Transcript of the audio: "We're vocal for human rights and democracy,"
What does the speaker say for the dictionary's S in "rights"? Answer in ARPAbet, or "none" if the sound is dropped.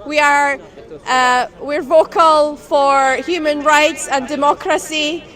S